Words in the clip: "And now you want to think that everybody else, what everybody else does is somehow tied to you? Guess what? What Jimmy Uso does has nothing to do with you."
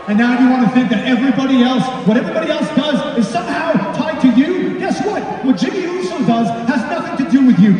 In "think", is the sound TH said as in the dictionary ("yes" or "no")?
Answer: yes